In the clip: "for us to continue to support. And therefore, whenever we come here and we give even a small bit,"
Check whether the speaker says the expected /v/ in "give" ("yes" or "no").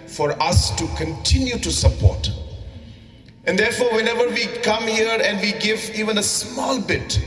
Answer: yes